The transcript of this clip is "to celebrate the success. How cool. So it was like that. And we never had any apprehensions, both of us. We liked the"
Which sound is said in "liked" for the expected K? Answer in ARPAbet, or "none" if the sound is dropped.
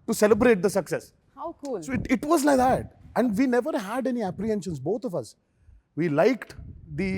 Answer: K